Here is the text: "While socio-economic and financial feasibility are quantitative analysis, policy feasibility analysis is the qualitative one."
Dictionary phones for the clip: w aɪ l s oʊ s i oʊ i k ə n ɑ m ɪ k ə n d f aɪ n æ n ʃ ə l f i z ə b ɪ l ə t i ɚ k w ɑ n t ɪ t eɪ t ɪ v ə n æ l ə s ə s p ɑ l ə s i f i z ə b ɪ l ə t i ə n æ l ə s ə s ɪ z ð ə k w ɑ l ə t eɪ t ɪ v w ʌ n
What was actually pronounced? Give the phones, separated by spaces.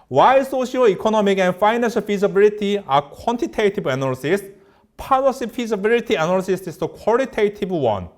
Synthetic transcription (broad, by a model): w aɪ s oʊ ʃ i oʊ i k ə n ɑ m ɪ k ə n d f aɪ n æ n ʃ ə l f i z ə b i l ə t i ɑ k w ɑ n t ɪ t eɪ t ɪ b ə n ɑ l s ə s p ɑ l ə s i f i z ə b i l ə t i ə n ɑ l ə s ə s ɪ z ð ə k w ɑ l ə t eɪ t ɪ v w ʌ n